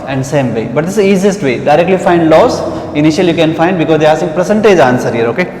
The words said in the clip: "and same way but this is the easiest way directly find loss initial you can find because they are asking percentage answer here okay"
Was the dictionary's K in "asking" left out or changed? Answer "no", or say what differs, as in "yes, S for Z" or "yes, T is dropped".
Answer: yes, K is dropped